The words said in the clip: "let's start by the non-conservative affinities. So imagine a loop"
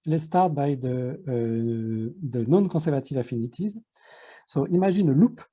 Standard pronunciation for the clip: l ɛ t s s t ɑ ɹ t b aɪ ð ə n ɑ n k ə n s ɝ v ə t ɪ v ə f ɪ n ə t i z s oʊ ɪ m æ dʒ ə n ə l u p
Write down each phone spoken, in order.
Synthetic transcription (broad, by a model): l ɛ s s t ɑ ɹ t b aɪ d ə n ɑ n k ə s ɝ v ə t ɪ v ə f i n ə t i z s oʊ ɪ m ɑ ʒ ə n ə l u p